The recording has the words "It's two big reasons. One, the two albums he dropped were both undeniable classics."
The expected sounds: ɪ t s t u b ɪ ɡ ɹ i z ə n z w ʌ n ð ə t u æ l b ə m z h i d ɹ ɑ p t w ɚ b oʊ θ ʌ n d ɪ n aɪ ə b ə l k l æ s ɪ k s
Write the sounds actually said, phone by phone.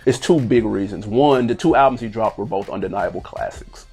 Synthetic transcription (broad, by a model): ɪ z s t u b ɪ ɡ ɹ i z ə n z w ʌ n ð ə t u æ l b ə m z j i d ɹ ɑ p t w ɚ b oʊ θ ʌ n d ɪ n aɪ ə b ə l k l æ s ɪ k s